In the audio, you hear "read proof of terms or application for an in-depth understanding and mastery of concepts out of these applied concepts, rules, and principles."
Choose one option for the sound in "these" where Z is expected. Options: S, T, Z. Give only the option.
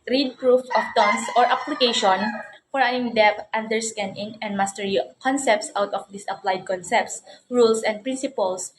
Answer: S